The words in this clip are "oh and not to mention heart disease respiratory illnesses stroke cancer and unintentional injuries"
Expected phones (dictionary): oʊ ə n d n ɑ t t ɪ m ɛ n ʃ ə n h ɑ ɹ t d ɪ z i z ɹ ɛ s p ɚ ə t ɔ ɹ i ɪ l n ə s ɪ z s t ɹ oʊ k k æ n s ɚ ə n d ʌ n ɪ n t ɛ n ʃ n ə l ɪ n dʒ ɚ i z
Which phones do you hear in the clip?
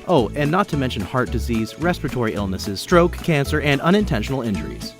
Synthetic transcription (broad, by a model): oʊ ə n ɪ n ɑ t t ɪ m ɛ n ʃ ə n h ɑ ɹ t d ɪ z i z ɹ ɛ s p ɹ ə t ɔ ɹ i ɪ l n ə s ɪ z s t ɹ oʊ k k æ n s ɚ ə n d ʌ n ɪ n t ɛ n ʃ n l ɪ n dʒ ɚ i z